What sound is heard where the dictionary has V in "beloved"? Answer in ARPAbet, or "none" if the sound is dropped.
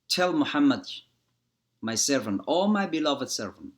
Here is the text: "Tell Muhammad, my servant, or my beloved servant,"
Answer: V